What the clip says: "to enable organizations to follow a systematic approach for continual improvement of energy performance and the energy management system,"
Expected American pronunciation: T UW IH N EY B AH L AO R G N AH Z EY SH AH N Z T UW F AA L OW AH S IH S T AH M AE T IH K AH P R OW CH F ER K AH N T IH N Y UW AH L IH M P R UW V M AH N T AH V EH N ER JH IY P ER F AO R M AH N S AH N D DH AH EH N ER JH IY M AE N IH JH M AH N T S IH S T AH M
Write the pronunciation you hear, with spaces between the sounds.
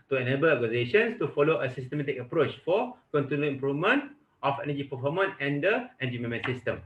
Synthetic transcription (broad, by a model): T UW IH N EY B AH L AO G AH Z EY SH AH N S T UW F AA L OW AH S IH S T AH M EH T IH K AH P R OW CH F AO K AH N T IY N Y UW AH M P R UW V M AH N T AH F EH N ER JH IY P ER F AO M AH N AH N D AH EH N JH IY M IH M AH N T S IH S T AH M